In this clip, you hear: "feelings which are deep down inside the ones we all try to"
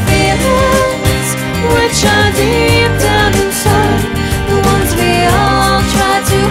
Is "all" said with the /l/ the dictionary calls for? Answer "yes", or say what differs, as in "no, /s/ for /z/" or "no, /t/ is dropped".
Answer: yes